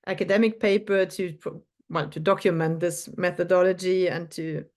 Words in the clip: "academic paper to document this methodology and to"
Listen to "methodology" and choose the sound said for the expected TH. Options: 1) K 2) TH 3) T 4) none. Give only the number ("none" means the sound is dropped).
2